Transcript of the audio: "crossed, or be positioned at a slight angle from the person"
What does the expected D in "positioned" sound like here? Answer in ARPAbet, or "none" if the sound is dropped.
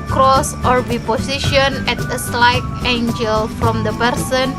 none